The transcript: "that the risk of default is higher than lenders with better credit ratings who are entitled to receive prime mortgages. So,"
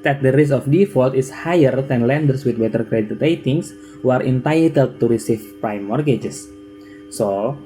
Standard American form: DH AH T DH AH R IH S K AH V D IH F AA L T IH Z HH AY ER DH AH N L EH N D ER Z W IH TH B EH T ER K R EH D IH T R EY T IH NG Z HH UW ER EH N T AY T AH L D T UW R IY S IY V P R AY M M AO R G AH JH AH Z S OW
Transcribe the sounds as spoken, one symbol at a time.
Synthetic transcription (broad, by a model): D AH T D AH R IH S AH F D IH F AA L T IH S HH AY ER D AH N L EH N D ER S W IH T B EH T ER K R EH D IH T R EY T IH NG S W ER EH N T AY T AH L D T UW R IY S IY F P R AY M M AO R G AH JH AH S OW